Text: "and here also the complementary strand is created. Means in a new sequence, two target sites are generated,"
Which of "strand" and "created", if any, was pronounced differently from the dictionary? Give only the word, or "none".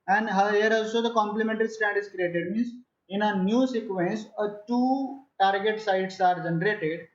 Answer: strand